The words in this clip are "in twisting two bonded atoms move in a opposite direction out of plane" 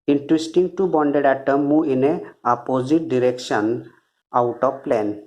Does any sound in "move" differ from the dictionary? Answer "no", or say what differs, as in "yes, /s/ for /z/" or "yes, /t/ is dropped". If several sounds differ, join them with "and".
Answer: yes, /v/ is dropped